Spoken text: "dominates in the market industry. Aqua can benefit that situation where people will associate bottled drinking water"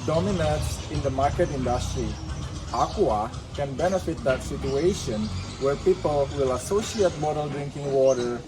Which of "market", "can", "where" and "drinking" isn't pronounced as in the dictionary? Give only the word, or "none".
none